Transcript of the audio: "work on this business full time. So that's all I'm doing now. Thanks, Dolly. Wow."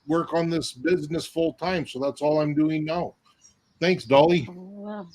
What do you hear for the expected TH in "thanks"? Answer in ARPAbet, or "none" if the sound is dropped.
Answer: TH